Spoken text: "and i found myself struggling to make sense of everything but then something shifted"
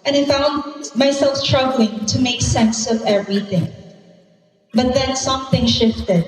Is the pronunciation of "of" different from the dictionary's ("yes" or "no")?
no